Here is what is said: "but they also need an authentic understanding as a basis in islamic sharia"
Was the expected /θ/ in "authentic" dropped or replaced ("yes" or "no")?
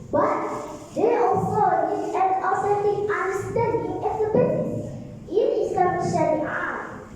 yes